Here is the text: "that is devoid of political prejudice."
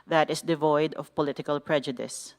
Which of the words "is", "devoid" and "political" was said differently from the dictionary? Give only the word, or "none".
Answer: is